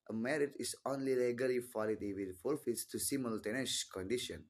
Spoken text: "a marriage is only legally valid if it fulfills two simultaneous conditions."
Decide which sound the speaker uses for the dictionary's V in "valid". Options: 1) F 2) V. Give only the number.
1